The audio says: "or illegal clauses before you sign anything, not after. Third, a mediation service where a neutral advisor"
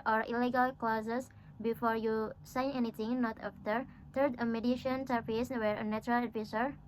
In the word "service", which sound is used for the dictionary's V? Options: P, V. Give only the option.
P